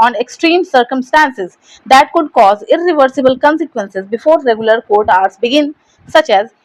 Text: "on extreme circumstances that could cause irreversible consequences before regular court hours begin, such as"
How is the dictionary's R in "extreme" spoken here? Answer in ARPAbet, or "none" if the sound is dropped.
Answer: R